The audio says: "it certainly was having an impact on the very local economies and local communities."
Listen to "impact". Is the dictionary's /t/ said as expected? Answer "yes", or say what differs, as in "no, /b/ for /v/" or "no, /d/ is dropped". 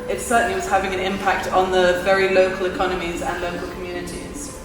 yes